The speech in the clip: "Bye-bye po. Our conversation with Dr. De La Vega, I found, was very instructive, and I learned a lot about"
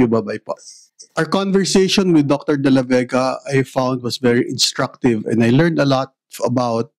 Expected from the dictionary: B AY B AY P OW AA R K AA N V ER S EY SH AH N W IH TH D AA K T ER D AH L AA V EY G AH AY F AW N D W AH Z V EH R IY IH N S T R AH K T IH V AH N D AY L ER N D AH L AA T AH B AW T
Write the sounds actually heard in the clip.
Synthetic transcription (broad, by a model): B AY B AY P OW AA R K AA N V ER S EY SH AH N W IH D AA K T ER D AH L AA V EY G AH AY F AW N D W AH S V EH R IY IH N S T R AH K T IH V AH N D AY L ER N D AH L AA T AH B AW T